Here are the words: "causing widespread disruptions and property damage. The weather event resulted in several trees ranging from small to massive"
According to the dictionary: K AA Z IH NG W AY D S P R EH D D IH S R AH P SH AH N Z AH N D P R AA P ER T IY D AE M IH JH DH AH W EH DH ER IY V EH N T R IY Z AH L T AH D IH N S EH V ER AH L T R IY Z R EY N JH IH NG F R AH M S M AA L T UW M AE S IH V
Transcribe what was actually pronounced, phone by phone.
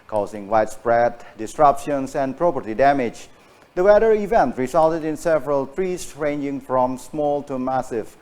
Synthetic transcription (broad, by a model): K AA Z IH NG W AY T S P R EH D D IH S R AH P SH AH N S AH N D P R AA P ER T IY D AE M IH JH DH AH W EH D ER IY V EH N T R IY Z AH L T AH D IH N S EH V ER AH L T R IY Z R EY N JH IH NG F R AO M S M AA L T UW M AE S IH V